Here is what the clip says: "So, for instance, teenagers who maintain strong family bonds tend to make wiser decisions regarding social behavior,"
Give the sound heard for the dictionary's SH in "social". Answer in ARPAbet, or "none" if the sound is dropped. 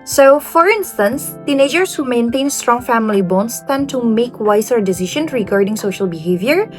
SH